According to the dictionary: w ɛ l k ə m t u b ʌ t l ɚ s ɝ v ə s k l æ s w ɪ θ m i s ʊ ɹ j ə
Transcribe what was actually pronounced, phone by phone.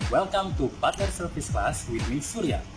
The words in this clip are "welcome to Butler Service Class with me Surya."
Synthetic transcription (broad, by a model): w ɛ l k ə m t u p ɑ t ɚ s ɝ f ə s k l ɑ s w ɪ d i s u ɹ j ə